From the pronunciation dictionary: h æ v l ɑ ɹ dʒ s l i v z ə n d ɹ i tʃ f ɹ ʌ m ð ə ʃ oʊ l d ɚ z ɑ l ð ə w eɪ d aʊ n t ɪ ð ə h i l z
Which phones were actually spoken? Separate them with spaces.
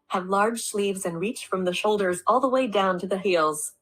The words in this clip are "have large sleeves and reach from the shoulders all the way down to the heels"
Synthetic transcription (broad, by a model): h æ v l ɑ ɹ dʒ s l i v z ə n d ɹ i tʃ f ɹ ʌ m ð ə ʃ oʊ l d ɚ z ɑ l ð ə w eɪ d aʊ n t ɪ ð ə h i l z